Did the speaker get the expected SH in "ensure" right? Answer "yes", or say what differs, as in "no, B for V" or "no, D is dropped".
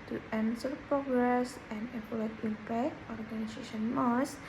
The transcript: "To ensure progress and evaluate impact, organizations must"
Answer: no, S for SH